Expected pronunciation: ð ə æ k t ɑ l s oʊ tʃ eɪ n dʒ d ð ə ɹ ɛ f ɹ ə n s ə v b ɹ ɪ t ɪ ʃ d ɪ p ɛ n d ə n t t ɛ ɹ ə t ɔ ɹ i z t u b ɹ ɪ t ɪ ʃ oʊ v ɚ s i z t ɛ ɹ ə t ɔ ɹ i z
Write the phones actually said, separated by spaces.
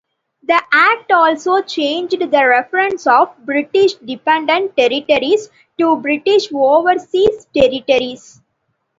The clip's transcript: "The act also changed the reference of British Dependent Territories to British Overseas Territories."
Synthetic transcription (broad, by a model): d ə æ k t ɑ l s oʊ tʃ eɪ n dʒ d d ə ɹ ɛ f ɹ ə n s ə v b ɹ ɪ t ɪ ʃ d ɪ p ɛ n d ə n t t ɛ ɹ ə t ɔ ɹ i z t u b ɹ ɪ t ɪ ʃ oʊ v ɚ s i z t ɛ ɹ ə t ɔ ɹ i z